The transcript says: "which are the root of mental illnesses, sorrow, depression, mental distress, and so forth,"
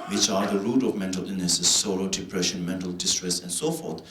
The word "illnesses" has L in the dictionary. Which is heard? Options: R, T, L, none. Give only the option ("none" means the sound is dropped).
none